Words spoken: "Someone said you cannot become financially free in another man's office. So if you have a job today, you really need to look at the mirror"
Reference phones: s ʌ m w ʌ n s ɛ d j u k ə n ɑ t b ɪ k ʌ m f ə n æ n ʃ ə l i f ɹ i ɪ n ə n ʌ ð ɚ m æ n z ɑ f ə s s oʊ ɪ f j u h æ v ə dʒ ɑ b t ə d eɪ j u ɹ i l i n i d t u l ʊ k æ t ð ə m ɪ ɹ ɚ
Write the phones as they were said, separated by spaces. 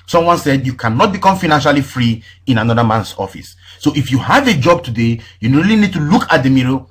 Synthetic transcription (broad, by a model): s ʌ m w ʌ n s ɛ d j u k ə n ɑ t b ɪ k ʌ m f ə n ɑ n ʃ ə l i f ɹ i ɪ n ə n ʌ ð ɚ m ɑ n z ɑ f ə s s oʊ ɪ f j u h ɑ v ə dʒ ɑ b t ə d eɪ j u ɹ i l i n i d t u l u k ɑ t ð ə m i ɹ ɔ